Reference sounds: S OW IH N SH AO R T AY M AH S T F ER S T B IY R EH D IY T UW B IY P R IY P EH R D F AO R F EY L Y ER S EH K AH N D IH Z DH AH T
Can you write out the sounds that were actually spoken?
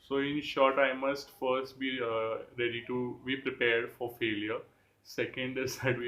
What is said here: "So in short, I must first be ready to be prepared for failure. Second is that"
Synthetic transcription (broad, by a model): S OW IH N SH AO R T AY M AH S T F ER S T B IY R EH D IY T UW B IY P R IY P EH R D F AO R F EY L Y ER S EH K AH N D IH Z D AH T